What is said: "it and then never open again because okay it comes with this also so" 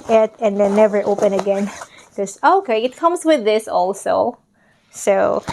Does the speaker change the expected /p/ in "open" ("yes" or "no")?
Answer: no